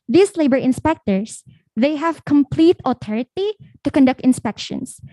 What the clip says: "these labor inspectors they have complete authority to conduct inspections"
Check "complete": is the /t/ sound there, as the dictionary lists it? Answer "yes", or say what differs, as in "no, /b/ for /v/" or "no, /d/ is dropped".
yes